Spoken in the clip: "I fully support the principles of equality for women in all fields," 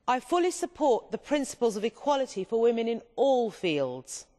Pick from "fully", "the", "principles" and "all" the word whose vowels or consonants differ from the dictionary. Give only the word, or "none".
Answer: none